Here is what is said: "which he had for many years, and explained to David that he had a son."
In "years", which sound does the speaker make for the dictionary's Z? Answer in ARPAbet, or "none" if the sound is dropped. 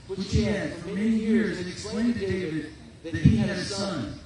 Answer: Z